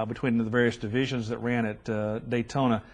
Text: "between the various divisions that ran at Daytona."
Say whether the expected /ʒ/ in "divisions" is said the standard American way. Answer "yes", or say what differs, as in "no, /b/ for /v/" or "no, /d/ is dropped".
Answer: yes